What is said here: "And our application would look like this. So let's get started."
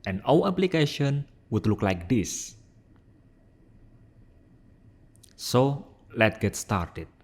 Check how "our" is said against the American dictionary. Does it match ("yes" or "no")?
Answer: no